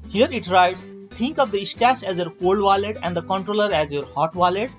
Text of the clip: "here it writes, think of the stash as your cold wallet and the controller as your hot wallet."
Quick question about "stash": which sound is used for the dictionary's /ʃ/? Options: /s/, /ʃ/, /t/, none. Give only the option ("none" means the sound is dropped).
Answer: /s/